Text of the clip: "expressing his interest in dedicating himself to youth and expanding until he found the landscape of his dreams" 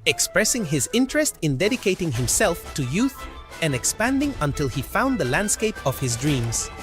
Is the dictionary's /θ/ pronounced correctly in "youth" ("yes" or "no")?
yes